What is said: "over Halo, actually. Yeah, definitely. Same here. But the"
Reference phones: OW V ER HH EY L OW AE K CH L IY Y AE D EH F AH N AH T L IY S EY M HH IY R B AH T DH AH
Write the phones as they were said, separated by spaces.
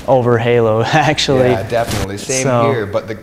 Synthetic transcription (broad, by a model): OW V ER HH EY L OW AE K CH IY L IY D EH F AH N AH T L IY S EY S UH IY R B AH T DH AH